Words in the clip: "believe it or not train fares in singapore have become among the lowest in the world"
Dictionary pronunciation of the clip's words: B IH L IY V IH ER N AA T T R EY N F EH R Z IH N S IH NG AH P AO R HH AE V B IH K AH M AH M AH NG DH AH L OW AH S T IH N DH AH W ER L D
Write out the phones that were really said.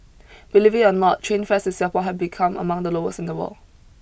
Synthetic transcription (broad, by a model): B IH L IY V IH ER N AA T T R EY N F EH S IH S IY AH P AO HH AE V B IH K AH M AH M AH NG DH AH L OW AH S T IH N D AH W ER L